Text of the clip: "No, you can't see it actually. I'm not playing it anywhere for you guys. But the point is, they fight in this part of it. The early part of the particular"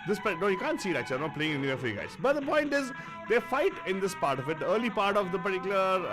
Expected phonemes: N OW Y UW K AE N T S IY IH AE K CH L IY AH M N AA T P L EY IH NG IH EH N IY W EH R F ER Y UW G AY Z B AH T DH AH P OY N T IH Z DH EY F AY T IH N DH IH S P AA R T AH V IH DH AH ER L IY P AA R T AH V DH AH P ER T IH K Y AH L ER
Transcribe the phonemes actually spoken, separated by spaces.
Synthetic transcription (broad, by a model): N OW Y UW K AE N T S IY IH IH CH IY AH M N AA T P L EY IH NG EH N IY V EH R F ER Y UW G AY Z B AH T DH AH P OY N T IH Z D EY F AY T IH N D IH S P AA R T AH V IH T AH ER L IY P AA R T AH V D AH P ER T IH K Y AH L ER